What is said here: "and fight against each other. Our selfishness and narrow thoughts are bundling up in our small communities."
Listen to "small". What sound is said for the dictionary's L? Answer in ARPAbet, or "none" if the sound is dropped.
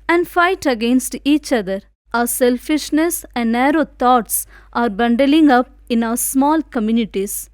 L